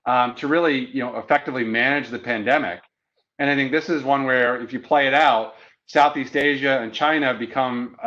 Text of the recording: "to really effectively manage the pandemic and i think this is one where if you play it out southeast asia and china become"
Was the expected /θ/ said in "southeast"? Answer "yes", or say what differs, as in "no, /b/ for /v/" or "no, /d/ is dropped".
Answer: yes